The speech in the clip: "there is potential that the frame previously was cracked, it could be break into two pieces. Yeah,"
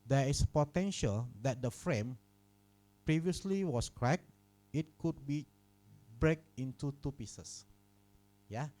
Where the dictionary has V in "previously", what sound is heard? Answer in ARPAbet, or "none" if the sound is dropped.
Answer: V